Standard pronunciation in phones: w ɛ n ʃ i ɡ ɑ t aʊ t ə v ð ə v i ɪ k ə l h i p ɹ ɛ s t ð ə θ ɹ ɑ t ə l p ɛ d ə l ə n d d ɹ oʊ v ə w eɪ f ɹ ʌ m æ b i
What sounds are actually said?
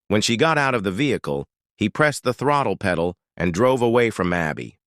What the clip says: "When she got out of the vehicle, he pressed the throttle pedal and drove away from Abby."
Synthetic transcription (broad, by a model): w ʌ n ʃ i ɡ ɑ t aʊ t ə v ð ə v i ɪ k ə l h i p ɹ ɛ s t ð ə θ ɹ ɑ t l p ɛ d l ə n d d ɹ oʊ v ə w eɪ f ɹ ʌ m æ b i